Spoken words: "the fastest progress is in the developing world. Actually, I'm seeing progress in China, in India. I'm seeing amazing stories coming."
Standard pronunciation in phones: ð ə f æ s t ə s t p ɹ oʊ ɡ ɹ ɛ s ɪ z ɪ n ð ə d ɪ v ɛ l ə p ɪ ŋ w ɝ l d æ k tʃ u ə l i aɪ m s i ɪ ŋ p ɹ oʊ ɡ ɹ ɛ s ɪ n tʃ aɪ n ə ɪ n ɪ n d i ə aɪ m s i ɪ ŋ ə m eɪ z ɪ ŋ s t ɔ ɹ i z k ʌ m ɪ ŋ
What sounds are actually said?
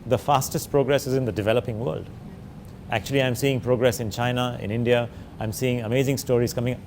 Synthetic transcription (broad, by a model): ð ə f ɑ s t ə s t p ɹ oʊ ɡ ɹ ɛ s ɪ z ɪ n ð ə d ɪ v ɛ l ə p ɪ ŋ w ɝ l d æ k tʃ u ə l i aɪ m s i ɪ ŋ p ɹ oʊ ɡ ɹ ɛ s ɪ n tʃ aɪ n ə ɪ n ɪ n d i ə aɪ m s i ɪ ŋ ə m eɪ z ɪ ŋ s t ɔ ɹ i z k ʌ m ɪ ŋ